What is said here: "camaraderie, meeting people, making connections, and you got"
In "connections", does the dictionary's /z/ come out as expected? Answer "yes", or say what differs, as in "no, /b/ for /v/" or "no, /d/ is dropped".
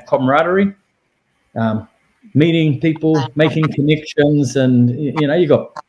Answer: yes